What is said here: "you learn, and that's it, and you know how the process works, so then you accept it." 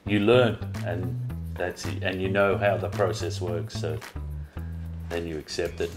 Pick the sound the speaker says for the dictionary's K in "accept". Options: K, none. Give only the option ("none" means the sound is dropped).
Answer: K